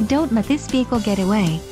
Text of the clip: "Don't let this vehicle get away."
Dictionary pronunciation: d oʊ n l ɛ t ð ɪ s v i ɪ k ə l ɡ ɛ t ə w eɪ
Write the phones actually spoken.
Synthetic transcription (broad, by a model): d oʊ n l ɛ t ð ɪ s p i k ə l ɡ ɛ t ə w eɪ